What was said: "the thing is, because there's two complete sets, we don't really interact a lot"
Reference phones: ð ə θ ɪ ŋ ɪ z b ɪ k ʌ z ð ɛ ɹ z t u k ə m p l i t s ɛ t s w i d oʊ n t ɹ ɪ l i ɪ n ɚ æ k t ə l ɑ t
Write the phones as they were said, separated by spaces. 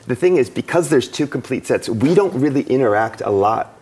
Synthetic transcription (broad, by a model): ð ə θ ɪ ŋ ɪ z b ɪ k ʌ z ð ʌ ɹ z t u k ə m p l i t s ɛ t s w i d oʊ n t ɹ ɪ l i ɪ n ɚ æ k t ə l ɑ t